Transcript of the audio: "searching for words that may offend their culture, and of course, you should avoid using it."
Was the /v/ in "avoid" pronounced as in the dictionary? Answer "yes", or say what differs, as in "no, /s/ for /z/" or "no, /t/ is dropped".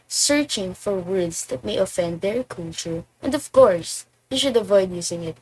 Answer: yes